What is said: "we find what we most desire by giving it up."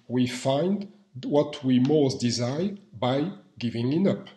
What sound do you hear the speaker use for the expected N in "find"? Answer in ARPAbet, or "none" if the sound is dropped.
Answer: N